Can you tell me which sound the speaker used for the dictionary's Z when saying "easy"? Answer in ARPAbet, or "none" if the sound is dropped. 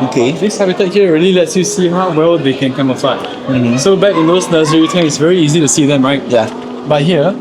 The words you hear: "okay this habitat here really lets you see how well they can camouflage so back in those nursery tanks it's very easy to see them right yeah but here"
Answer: Z